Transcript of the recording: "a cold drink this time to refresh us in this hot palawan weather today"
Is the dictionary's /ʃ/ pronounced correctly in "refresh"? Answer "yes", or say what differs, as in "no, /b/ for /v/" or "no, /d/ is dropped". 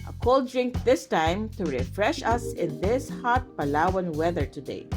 yes